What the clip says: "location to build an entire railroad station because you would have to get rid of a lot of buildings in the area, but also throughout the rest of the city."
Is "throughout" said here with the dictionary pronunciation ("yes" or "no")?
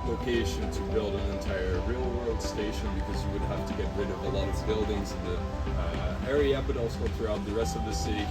yes